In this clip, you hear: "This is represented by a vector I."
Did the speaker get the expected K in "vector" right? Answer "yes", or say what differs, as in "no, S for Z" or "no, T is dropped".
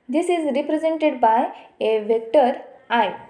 yes